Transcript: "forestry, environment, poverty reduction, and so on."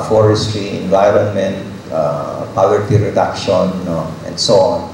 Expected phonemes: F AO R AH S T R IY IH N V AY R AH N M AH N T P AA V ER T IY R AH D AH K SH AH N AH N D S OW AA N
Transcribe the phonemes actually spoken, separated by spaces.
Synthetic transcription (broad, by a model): F AO R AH S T R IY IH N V AY R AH N M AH N T P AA W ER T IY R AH D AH K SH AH N AH N D S OW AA N